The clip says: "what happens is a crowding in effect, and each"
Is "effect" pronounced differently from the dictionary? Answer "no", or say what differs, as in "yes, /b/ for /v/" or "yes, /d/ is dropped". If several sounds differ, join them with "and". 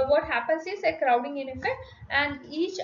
yes, /k/ is dropped